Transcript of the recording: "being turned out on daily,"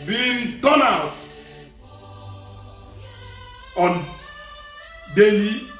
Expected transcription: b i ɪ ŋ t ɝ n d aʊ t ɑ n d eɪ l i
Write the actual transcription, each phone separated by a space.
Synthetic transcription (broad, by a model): b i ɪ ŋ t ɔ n aʊ t ɑ n d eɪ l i